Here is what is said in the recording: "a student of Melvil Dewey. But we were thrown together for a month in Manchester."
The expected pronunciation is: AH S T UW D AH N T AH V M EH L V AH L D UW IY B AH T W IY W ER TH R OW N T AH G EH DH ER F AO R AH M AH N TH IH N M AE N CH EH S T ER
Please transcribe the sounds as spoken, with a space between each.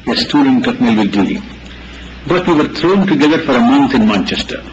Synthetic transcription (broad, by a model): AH S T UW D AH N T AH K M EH L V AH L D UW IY B AH T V IY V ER T R OW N T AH G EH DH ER F AO R AH M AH N T IH N M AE N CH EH S T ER